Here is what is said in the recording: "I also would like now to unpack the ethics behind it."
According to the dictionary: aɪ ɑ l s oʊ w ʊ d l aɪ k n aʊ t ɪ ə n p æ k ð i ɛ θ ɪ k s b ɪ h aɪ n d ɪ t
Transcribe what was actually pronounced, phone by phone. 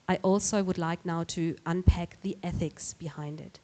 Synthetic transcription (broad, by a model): aɪ ɑ l s oʊ w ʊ d l aɪ k n aʊ t ɪ ə n p æ k ð i ɛ θ ɪ k s b ɪ h aɪ n d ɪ t